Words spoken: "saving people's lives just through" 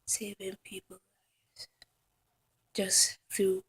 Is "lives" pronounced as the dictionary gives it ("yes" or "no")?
no